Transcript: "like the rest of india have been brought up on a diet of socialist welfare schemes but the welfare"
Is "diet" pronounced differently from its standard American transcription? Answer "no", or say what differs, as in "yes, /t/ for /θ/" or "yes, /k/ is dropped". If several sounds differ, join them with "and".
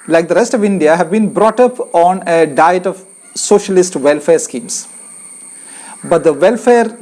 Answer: no